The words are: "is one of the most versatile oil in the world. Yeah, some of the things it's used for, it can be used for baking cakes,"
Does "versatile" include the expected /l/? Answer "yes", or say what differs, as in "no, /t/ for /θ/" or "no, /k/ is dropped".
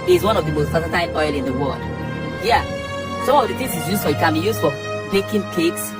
no, /n/ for /l/